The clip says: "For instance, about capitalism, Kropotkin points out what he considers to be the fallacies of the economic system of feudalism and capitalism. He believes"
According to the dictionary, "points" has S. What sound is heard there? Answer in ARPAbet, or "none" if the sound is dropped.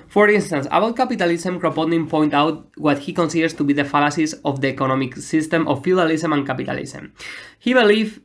none